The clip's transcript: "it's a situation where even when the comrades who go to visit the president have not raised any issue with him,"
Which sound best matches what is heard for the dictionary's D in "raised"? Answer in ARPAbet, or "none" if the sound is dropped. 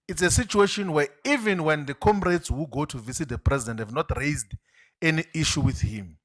D